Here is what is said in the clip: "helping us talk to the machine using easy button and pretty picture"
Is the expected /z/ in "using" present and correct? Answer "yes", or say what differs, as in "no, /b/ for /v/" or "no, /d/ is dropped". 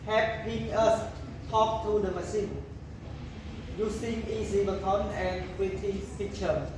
no, /s/ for /z/